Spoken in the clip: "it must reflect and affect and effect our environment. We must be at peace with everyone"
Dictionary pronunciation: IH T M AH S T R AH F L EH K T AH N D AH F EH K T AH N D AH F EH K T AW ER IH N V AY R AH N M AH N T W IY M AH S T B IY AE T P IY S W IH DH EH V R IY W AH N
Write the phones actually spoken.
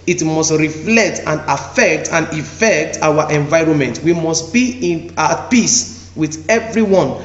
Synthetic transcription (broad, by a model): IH T M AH S T R AH F L EH K T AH N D AH F EH K T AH N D AH F EH K T AW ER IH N V AY R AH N M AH N T W IY M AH S T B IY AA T P IY S W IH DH EH V R IY W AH N